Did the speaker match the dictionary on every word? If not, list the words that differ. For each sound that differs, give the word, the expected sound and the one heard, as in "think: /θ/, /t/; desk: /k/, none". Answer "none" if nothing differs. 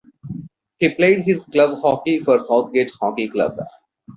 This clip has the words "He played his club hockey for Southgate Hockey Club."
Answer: southgate: /θ/, /t/